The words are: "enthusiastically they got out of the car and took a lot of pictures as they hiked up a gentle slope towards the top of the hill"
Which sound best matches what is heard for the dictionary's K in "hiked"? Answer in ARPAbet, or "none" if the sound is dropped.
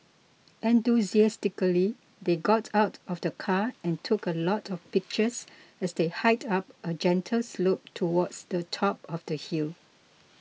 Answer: none